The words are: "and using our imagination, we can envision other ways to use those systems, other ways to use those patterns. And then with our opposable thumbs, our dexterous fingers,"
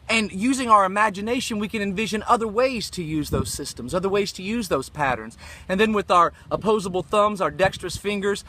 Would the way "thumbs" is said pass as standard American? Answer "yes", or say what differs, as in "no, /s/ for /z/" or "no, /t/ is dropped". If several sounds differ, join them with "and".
yes